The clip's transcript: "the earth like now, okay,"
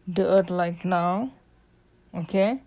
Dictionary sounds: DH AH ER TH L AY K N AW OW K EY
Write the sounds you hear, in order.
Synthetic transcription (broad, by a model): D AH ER T L AY K N AW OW K EY